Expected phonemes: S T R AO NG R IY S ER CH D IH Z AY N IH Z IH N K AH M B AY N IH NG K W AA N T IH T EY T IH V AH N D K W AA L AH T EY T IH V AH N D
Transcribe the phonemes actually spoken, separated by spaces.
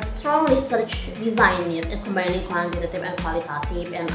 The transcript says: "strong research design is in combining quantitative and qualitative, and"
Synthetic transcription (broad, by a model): S T R AO NG R IY S ER CH D IH Z AY N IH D IH N K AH M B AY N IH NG K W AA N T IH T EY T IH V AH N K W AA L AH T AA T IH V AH N